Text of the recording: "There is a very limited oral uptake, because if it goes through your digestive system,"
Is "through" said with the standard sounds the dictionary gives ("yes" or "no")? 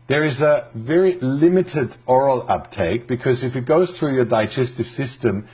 yes